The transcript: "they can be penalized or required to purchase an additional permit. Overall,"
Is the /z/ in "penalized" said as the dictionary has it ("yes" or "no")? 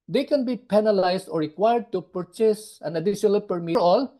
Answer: no